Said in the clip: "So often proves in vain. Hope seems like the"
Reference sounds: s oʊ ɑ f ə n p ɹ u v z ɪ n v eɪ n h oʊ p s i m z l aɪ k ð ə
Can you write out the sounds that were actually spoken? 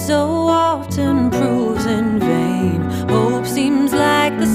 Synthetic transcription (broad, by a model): s oʊ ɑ ə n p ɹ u z ɪ n v eɪ n h oʊ p s i m z l aɪ k ð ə